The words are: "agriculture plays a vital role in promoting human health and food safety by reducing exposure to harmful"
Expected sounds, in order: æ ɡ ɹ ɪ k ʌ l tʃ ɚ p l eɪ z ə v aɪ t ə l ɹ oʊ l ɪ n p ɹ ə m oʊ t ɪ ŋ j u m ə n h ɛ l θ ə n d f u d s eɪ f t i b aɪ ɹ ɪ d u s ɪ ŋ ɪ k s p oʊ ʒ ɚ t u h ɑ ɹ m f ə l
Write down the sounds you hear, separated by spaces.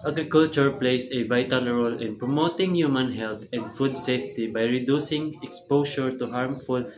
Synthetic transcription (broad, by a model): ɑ ɡ ɹ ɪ k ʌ l tʃ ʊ p l eɪ s ə b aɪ t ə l ɹ oʊ l ɪ n p ɹ ə m oʊ t ɪ ŋ j u m ə n h ɛ l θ ə n d f u d s eɪ f t i b aɪ ɹ ɪ d u s ɪ ŋ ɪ k s p oʊ ʃ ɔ t u h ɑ ɹ m f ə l